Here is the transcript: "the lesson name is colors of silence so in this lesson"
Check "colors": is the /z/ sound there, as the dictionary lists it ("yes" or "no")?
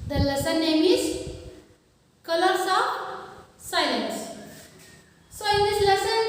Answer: no